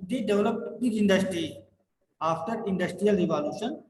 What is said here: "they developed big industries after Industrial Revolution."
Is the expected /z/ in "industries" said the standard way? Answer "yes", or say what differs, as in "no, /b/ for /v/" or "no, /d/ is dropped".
no, /z/ is dropped